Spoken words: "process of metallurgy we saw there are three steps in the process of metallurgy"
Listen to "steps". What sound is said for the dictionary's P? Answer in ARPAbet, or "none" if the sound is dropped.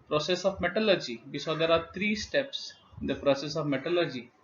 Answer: P